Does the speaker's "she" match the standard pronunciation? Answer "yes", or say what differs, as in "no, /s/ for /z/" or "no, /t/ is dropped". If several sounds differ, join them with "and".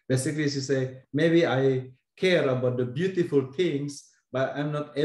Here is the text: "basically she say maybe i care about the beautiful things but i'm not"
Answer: no, /s/ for /ʃ/